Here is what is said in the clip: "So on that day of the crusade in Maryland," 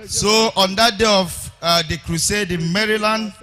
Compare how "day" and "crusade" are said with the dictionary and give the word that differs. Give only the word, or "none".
none